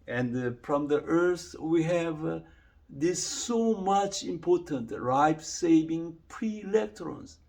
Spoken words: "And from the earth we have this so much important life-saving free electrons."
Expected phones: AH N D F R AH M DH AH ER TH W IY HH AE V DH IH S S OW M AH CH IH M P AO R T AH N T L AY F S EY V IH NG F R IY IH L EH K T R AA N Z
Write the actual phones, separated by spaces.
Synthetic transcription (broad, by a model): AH N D F R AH M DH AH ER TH W IY HH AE V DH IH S S OW M AH CH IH M P AO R T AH N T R AY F S EY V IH NG P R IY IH L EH K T R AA N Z